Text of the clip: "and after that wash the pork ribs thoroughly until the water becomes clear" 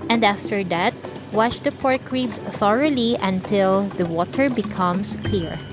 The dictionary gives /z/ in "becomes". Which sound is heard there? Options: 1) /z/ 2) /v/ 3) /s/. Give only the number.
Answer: 3